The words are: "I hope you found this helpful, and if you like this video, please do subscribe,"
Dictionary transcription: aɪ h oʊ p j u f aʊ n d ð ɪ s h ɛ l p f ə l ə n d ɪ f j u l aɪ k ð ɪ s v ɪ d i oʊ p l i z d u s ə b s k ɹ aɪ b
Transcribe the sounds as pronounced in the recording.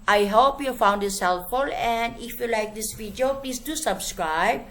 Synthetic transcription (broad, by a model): aɪ h oʊ p j u f aʊ n d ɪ s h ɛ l f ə l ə n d ɪ f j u l aɪ k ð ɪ s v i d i oʊ p l i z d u s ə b s k ɹ aɪ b